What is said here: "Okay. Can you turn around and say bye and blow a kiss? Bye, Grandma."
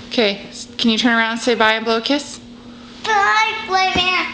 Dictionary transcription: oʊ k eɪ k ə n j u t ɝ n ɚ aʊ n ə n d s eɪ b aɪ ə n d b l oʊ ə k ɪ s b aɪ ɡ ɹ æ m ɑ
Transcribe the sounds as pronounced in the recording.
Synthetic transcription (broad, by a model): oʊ k eɪ k ə n j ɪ t ɝ n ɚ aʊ ə n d s eɪ b aɪ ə n b l oʊ ə k ɪ s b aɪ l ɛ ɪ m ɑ